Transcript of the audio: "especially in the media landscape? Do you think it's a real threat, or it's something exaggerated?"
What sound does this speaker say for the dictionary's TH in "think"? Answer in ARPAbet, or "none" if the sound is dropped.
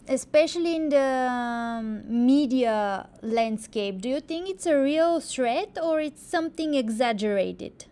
T